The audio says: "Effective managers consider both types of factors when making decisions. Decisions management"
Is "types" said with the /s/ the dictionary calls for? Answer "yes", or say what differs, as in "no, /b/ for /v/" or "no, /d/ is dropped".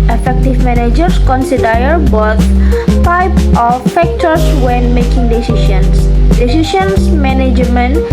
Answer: no, /s/ is dropped